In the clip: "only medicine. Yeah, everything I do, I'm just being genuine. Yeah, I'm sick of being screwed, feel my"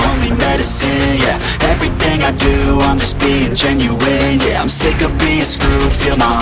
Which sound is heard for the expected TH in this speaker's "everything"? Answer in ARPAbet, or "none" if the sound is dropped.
TH